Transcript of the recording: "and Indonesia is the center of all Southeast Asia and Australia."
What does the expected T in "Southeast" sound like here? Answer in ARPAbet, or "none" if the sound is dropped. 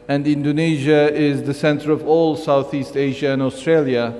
T